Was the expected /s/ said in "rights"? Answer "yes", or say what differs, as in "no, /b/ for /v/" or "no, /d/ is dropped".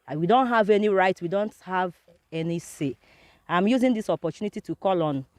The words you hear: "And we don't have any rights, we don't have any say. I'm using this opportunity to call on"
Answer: no, /s/ is dropped